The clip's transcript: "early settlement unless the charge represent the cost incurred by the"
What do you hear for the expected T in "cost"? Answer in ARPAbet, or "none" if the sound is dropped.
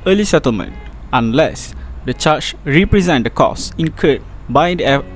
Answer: none